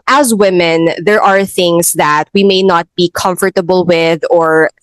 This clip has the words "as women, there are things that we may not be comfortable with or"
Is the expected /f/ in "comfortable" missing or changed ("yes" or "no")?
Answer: no